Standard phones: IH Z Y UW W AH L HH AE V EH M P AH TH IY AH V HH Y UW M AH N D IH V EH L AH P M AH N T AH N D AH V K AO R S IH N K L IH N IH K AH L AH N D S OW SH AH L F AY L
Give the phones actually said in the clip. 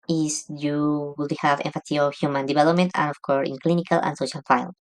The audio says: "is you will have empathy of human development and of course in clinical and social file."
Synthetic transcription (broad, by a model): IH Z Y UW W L HH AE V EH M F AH S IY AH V HH Y UW M AH N D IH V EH L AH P M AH N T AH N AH F K AO R S IH N K L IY N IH K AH L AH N S OW SH AH L F AY L